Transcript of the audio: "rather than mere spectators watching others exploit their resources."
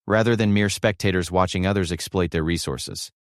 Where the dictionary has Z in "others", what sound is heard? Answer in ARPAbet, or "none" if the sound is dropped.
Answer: Z